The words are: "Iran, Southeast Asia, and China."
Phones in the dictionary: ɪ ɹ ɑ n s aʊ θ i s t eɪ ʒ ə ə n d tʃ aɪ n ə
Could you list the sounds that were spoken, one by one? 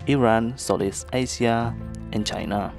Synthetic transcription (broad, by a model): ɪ ɹ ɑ n s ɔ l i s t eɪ s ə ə n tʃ aɪ n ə